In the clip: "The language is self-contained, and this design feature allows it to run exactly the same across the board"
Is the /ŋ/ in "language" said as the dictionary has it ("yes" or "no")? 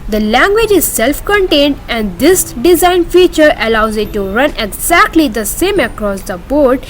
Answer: yes